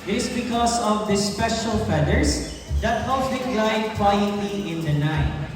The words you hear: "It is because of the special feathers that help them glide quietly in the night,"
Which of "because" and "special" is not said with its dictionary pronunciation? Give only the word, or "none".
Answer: because